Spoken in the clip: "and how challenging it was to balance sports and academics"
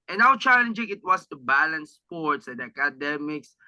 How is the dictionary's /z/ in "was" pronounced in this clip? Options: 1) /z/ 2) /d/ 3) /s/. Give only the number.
3